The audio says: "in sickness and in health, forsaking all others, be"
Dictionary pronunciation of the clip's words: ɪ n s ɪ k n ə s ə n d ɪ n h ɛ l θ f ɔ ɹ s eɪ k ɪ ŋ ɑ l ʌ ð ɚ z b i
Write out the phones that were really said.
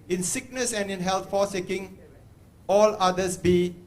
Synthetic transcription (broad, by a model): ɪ n s ɪ k n ə s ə n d ɪ n h ɛ l t f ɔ s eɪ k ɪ ŋ ɑ l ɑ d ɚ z b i